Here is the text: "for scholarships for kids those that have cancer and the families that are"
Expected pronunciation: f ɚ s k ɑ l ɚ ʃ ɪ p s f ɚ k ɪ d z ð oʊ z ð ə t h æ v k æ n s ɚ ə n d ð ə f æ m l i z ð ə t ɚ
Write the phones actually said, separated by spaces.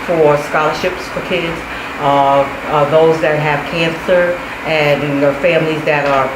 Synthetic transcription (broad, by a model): f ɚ s k ɑ l ɚ ʃ ɪ p s f ɚ k ɪ d z ð oʊ z ð ə t h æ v k æ n s ɚ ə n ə f æ m l i z ð ə t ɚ